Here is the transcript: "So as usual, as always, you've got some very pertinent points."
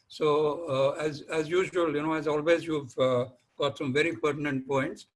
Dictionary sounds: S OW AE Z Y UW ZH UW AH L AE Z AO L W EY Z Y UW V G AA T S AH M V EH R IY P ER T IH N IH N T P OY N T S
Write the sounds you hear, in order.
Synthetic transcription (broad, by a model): S OW AE Z Y UW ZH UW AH N AE Z AO L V EY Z Y UW V G AA T S AH M V EH R IY P ER T IH N IH N T P OY N T S